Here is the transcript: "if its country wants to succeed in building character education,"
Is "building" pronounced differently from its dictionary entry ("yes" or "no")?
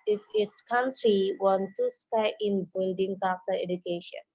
no